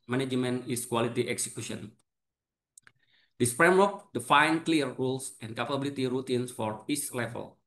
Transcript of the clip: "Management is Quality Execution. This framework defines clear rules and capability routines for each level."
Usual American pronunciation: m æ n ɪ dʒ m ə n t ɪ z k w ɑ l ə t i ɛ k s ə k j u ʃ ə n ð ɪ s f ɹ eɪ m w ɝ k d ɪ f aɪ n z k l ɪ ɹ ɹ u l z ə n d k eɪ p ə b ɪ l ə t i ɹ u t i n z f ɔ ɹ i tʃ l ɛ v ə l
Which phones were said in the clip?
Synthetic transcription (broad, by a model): m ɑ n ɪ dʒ m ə n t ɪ s k w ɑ l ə t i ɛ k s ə k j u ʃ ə n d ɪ s f ɹ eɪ m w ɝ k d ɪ f aɪ n k l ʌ ɹ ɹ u l s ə n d k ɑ p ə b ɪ l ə t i ɹ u t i n s f ɔ ɹ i s l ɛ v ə l